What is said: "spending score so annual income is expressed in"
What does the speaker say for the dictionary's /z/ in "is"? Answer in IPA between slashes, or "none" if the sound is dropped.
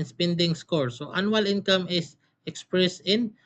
/s/